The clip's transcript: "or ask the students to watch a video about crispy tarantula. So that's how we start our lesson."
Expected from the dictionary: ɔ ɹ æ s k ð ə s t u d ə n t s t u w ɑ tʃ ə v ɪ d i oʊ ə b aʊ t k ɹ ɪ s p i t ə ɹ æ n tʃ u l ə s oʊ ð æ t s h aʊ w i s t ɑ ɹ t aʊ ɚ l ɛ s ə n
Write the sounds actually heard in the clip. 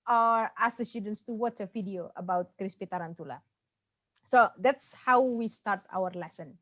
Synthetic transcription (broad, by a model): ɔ ɹ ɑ s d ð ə s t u d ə n t s t u w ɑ s ə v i d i oʊ ə b aʊ t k ɹ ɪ s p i t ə ɹ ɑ n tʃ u l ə s oʊ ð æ t s h aʊ w i s t ɑ ɹ t aʊ ɚ l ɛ s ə n